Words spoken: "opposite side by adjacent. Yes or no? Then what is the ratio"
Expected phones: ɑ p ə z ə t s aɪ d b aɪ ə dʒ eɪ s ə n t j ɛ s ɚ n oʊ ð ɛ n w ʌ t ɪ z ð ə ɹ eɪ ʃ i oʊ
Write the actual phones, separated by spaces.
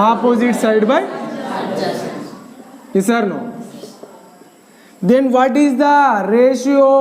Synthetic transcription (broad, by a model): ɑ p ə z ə t s aɪ d b aɪ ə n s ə t n oʊ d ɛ n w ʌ t ɪ z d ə ɹ eɪ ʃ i oʊ